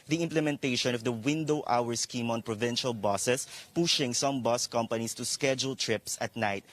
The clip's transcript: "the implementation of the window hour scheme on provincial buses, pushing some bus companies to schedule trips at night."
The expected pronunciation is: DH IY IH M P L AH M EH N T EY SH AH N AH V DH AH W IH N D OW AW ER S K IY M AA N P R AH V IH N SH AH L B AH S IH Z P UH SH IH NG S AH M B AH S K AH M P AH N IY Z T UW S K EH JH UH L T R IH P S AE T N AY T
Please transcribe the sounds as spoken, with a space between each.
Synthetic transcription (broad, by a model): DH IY IH M P L AH M EH N T EY SH AH N AH V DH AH W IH N D OW AW ER S K IY M AA N P R AH V IH N SH AH L B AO S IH S P UH SH IH NG S AH M B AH S K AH M P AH N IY S T UW S K EH JH UH L T R IH P S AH T N AY T